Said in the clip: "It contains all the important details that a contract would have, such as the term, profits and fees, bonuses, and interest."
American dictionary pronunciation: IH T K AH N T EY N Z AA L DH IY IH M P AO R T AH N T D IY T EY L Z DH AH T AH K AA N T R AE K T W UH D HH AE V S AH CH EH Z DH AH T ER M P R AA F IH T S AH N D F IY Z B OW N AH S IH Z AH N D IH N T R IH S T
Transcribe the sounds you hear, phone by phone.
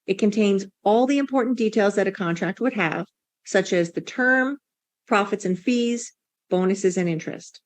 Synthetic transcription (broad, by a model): IH T K AH N T EY N Z AA L DH IY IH M P AO R T N D IY T EY L Z DH AH T AH K AA N T R AE K T W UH D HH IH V S AH CH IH Z DH AH T ER M P R AA F IH T S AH N F IY Z B OW N AH S IH Z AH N IH N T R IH S T